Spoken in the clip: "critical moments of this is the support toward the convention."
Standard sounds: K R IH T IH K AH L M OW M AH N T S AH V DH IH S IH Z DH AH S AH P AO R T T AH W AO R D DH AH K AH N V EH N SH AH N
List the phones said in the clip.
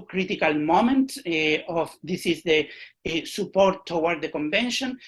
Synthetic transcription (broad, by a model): K R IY T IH K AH L M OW M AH N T AH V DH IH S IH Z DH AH S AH P AO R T T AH W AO R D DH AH K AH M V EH N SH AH N